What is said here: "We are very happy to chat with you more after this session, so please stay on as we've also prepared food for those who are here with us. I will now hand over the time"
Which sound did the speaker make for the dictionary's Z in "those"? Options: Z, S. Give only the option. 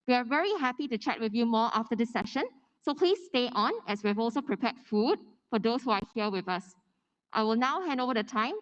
S